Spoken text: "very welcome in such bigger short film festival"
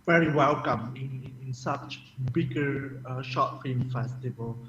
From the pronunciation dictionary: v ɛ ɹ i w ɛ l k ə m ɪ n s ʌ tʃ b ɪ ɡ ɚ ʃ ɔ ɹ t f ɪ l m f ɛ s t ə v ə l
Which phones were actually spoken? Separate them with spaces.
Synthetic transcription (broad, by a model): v ɛ ɹ i w ɛ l k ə m ɪ n s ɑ tʃ b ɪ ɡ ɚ ʃ ɔ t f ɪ m f ɛ s t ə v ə l